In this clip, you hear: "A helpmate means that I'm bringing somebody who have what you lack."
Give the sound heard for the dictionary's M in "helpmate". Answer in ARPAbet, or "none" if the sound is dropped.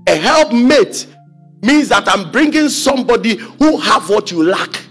M